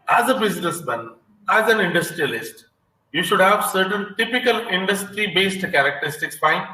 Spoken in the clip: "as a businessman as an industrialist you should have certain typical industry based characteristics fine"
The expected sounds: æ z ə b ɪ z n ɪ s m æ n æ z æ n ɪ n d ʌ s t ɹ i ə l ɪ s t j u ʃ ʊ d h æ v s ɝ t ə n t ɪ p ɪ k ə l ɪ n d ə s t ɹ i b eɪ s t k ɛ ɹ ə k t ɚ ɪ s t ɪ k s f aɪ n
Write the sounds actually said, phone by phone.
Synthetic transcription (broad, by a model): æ z ə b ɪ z n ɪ s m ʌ n æ z æ n ɪ n d ʌ s t ɹ i ə l ɪ s t j u ʃ ʊ d h æ v s ɝ t ə n t ɪ p ɪ k ə l ɪ n d ə s t ɹ i b eɪ s t k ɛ ɹ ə k t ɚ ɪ s t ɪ k s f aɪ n